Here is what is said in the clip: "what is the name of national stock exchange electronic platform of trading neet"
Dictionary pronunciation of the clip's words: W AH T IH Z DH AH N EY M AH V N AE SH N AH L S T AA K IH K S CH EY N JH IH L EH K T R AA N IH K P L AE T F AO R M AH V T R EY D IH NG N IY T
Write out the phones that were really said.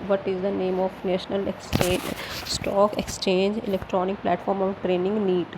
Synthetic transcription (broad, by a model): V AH T IH Z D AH N EY M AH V N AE SH N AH L S T AA K IH K S CH EY N JH IH L EH K T R AA N IH K P L AE T F AO R M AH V T R EY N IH NG N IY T